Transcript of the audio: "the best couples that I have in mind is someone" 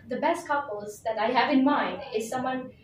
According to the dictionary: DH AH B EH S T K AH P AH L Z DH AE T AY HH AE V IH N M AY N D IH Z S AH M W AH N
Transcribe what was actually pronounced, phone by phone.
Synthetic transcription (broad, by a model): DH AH B EH S T K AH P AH L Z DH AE T AY HH AE V IH N M AY N D IH Z S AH M W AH N